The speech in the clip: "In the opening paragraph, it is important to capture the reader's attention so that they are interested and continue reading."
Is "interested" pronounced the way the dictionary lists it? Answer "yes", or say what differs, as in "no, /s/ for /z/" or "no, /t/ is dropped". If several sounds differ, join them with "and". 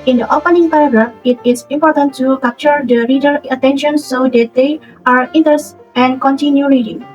no, /ɹ/ is dropped and /s/ is dropped